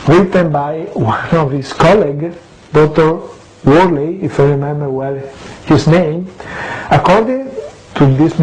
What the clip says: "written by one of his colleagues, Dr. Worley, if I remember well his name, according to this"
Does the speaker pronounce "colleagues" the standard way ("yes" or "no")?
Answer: no